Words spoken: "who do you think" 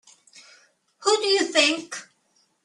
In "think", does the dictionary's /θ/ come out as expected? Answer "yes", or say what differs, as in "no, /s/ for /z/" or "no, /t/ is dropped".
yes